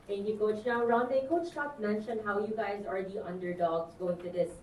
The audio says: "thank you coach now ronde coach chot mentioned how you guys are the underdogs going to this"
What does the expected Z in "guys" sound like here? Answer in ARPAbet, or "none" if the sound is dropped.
Z